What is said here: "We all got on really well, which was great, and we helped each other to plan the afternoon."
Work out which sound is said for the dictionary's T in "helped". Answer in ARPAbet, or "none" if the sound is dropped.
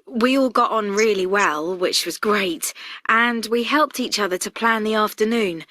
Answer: T